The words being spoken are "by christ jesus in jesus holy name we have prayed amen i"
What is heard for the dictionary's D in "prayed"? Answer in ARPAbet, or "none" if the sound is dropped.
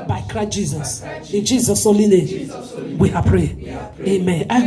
none